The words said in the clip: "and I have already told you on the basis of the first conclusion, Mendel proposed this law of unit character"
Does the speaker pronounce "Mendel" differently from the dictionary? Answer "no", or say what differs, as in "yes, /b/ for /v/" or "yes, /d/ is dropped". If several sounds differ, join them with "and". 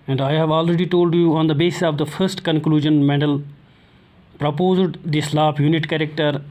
yes, /n/ is dropped